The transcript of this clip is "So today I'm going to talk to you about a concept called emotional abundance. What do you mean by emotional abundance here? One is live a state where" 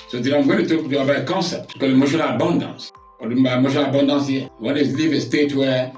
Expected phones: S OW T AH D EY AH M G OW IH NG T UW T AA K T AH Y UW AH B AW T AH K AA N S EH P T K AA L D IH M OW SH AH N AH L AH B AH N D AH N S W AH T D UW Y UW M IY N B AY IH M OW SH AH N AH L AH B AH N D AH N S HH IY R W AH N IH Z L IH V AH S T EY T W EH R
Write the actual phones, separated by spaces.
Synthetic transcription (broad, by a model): S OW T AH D AH M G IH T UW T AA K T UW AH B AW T AH K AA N S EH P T K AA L IH M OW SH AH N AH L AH B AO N D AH N S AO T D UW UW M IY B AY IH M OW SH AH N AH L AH B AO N D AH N S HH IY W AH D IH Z L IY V AH S T EY T W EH